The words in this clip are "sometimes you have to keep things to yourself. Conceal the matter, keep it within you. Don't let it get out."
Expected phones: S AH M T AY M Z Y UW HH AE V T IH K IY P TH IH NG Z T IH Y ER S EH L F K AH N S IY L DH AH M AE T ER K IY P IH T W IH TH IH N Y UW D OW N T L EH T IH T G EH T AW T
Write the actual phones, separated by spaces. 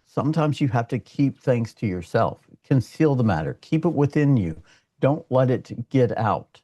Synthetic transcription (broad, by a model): S AH M T AY M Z Y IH HH AE F T IH K IY P TH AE NG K T IH Y ER S EH L F K AH N S IY L DH AH M AE T ER K IY P IH T W IH TH IH N Y UW D OW N T L EH T IH T G EH T AW T